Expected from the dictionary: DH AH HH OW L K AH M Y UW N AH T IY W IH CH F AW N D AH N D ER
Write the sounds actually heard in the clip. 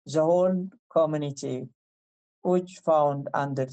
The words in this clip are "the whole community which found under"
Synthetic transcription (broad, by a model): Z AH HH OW N K AH M Y UW N AH T IY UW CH F AW N D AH N D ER